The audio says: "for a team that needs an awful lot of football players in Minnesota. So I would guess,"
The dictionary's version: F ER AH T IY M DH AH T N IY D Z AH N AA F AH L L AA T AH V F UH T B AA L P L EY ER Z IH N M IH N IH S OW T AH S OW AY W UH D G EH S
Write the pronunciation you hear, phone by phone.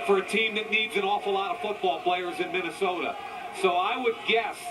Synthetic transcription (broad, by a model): F ER AH T IY M DH AH T N IY D Z AH N AA F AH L L AA T AH V F UH T B AA L P L EY ER Z IH N M IH N IH S OW T AH S OW AY W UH D G EH S